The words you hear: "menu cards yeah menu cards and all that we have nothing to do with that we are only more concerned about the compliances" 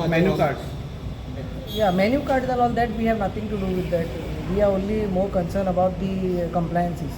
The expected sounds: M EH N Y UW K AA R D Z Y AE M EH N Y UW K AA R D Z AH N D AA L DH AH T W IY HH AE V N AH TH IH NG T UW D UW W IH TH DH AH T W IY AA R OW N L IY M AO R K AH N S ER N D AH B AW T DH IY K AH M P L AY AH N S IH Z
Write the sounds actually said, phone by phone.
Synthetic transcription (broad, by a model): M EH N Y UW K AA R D Y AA M EH N Y UW K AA R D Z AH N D AA L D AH T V IY HH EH V N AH T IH NG T UW D UW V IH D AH T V IY AA R OW N L IY M AO R K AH N S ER N AH B AW T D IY K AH M P L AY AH N S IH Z